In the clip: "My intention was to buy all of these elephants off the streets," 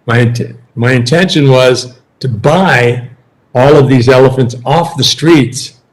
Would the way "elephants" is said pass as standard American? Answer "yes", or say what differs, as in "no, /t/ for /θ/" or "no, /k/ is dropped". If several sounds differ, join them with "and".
yes